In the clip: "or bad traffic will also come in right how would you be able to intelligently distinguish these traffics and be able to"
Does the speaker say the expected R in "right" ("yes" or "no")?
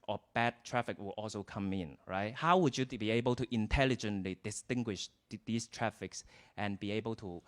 yes